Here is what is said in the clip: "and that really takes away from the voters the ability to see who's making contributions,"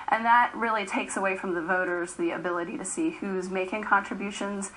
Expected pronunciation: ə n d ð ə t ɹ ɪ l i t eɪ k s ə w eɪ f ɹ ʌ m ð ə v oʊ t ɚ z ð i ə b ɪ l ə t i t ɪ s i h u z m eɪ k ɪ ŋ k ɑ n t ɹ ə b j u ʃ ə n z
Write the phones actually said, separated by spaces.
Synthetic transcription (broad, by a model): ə n ð ə t ɹ ɪ l i t eɪ k s ə w eɪ f ɹ ʌ m ð ə v oʊ t ɚ z ð i ə b ɪ l ə t i t ɪ s i h u z m eɪ k ɪ ŋ k ɑ n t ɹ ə b j u ʃ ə n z